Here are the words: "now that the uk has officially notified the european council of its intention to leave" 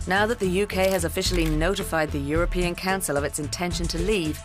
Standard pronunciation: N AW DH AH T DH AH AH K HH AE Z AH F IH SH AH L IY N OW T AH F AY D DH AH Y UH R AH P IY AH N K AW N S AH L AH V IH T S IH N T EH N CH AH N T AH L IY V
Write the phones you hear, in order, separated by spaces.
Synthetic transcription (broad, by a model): N AW DH AH T DH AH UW K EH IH Z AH F IH SH L IY N OW T AH F AY D DH AH Y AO R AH P IY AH N K AW N S AH L AH V IH T S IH N T EH N SH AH N T AH L IY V